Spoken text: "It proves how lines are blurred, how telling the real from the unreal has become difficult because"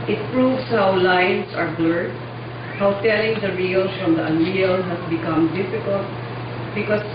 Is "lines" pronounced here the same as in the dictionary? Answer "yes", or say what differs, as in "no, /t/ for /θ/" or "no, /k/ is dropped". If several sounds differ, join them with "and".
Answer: no, /s/ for /z/